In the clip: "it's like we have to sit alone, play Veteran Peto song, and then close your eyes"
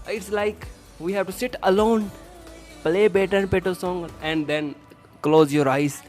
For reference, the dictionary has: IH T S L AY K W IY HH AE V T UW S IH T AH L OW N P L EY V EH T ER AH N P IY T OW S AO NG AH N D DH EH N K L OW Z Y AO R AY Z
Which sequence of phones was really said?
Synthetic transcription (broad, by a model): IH T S L AY K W IY HH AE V T UW S IH T AH L OW N P L EY B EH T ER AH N P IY T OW S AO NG AH N D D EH N K L OW Z Y AO R AY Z